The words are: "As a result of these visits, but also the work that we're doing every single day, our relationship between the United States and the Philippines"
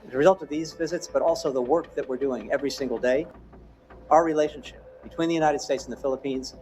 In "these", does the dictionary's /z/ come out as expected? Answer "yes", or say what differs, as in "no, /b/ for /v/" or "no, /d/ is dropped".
yes